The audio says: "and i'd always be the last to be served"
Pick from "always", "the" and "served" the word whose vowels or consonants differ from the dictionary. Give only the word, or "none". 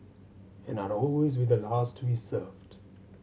none